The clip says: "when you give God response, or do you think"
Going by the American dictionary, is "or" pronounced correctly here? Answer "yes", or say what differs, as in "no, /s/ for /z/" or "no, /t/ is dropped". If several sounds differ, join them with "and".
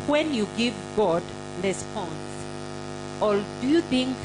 no, /l/ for /ɹ/